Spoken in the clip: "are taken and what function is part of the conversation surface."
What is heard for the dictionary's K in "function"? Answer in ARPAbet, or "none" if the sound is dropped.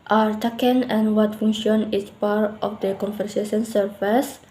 none